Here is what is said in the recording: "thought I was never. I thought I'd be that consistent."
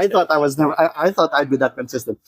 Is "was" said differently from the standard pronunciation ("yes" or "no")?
no